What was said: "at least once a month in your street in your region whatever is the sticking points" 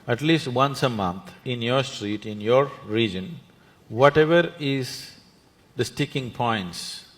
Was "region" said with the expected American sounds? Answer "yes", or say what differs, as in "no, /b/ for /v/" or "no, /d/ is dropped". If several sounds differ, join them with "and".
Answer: yes